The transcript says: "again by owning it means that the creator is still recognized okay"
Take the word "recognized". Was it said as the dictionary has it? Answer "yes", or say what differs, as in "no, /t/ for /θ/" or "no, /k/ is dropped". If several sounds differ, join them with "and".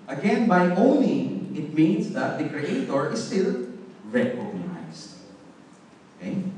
no, /s/ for /z/